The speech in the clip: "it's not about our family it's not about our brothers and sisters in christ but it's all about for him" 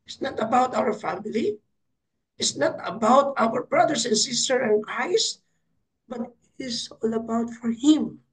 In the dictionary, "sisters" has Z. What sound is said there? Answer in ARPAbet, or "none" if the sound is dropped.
none